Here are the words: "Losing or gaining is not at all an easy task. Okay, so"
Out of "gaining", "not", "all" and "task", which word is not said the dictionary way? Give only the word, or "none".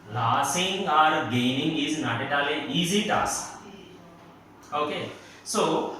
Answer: task